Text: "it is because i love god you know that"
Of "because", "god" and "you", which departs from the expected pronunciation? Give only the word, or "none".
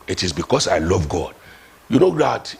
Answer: because